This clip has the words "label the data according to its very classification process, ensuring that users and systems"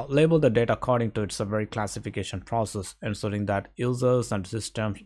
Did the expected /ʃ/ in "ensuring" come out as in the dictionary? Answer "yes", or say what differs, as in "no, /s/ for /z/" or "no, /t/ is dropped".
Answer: no, /s/ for /ʃ/